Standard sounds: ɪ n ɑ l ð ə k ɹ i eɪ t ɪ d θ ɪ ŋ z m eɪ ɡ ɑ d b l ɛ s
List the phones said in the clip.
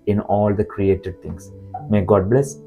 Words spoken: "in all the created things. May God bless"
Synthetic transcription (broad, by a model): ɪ n ɑ l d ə k ɹ i eɪ t ɪ d t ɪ ŋ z m eɪ ɡ ɑ d b l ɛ s